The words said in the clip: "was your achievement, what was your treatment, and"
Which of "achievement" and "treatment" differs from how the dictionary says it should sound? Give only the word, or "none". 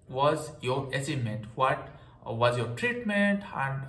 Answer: achievement